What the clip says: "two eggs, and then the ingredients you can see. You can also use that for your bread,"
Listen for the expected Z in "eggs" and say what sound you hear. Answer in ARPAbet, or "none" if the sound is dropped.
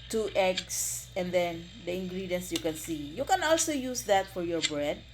S